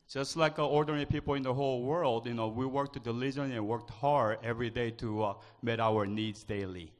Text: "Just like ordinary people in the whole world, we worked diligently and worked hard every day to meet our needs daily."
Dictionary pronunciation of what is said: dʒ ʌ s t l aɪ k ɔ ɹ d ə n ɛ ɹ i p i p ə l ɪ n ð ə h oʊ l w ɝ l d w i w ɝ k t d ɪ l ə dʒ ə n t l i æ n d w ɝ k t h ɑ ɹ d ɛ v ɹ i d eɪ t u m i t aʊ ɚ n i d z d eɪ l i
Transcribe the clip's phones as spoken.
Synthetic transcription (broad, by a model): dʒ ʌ s t l aɪ k ɔ ɹ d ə ɛ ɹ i p i p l ɪ n ð ə h oʊ l w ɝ l d w i w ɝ k t d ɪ l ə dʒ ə n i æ n w ɝ k t h ɑ ɹ d ɛ v ɹ i d eɪ t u m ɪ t aʊ ɚ n i d z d eɪ l i